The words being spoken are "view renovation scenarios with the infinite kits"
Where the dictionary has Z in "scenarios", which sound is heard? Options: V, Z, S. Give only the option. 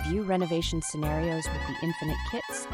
Z